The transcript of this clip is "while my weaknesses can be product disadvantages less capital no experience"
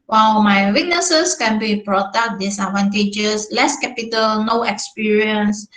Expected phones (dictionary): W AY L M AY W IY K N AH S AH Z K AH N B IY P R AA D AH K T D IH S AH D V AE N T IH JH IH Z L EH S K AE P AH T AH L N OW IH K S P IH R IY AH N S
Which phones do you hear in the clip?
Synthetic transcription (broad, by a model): W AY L M AY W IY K N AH S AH S K AH N B IY B R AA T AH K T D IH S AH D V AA N T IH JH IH S L EH S K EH P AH T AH L N OW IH K S P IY R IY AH N S